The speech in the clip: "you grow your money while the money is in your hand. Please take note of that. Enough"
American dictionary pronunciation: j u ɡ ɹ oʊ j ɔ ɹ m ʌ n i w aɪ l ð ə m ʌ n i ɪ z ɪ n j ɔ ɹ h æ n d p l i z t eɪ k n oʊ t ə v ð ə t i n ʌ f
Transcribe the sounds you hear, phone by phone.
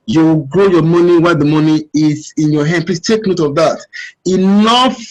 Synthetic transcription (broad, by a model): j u ɡ ɹ oʊ j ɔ m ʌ n i w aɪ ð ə m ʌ n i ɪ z ɪ n j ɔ h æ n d p l i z t eɪ k n oʊ t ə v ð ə t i n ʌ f